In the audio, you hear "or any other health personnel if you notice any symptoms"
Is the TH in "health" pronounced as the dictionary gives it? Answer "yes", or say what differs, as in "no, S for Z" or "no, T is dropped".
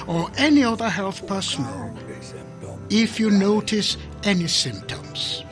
yes